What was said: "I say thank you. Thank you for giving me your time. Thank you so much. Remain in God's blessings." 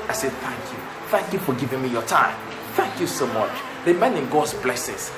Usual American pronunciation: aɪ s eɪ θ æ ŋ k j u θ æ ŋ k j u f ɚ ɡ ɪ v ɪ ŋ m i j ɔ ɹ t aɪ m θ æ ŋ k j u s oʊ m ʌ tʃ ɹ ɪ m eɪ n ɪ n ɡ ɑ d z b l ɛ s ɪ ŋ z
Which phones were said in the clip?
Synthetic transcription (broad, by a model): aɪ s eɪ θ æ ŋ k j u θ æ ŋ k j u f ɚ ɡ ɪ v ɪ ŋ m i j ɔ t aɪ m θ æ ŋ k j u s oʊ m ʌ tʃ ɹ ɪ m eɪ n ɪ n ɡ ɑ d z b l ɛ s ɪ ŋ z